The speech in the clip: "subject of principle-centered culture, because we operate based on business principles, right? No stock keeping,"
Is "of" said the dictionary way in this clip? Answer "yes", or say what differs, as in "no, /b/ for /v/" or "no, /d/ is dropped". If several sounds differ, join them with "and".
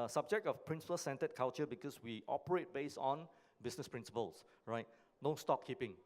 no, /f/ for /v/